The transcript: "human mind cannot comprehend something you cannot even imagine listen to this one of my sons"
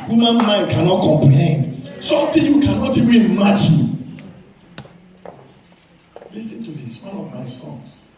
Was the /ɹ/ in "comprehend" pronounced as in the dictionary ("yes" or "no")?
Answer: no